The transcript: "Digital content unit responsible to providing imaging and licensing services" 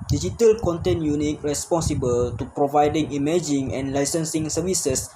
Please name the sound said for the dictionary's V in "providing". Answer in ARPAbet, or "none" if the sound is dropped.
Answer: V